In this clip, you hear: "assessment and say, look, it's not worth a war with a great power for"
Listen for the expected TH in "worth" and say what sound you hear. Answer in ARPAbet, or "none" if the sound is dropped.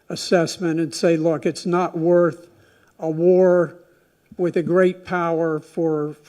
TH